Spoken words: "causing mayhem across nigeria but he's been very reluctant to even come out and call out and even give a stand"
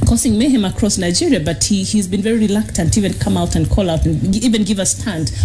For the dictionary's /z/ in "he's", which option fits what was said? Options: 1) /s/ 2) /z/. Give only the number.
2